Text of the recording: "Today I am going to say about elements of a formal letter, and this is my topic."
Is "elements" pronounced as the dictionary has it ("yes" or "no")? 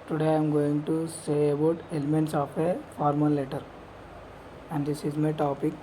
yes